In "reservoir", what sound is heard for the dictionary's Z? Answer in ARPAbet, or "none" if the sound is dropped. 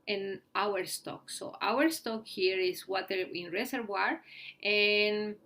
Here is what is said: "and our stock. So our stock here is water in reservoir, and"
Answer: S